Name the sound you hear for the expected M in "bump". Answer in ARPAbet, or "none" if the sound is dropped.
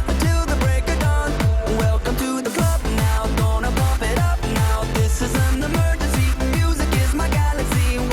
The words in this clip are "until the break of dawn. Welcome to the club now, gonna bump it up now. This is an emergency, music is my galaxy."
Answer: none